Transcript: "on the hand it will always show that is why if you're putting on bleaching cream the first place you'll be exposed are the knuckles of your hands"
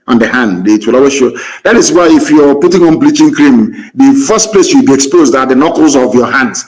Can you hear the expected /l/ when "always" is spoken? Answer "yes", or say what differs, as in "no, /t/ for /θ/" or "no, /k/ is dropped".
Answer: no, /l/ is dropped